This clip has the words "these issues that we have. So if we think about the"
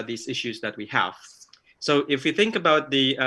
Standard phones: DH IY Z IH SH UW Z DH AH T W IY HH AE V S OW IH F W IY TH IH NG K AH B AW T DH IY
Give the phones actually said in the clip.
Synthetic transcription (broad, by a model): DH IY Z IH SH UW Z DH AH T W IY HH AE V S OW IH F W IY TH IH NG K AH B AW T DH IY